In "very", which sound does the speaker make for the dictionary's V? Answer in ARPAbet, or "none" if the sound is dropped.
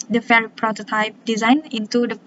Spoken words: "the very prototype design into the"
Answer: F